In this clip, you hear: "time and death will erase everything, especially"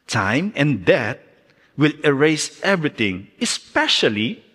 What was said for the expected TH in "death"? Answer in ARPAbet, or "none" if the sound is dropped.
T